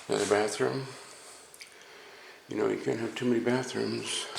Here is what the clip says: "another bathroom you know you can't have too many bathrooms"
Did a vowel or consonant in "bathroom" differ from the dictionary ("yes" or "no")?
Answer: no